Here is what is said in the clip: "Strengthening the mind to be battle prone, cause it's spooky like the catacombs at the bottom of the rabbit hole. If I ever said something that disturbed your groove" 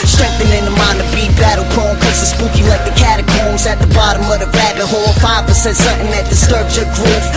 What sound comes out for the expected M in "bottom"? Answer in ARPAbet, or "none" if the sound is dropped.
M